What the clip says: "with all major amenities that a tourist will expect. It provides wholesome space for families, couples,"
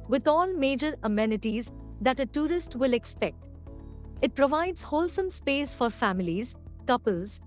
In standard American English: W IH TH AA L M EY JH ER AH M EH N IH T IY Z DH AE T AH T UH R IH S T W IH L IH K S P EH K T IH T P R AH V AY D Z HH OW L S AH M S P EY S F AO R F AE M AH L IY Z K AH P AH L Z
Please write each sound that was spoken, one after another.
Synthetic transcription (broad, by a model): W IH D AA L M EY JH ER AH M EH N IH T IY Z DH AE T AH T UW R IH S T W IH L IH K S P EH K T IH T P R AH V AY D Z HH OW L S AH M S P EY S F AO R F AE M AH L IY Z K AH P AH L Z